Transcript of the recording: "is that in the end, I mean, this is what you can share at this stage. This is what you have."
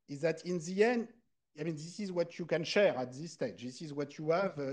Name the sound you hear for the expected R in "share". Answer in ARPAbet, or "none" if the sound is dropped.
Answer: R